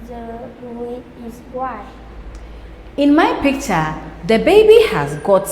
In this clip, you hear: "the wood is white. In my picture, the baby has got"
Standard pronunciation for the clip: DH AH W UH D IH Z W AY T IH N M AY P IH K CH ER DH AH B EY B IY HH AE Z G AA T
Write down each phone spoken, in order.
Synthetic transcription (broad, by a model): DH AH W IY IH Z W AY IH N M AY P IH K CH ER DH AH B EY B IY HH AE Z G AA T